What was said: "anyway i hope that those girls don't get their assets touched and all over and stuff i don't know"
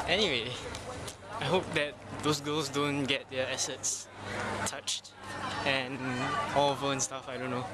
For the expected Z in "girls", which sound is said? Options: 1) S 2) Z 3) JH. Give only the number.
1